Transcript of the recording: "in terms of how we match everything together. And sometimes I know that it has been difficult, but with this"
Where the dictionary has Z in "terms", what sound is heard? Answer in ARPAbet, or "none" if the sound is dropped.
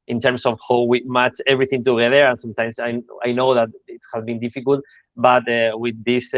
S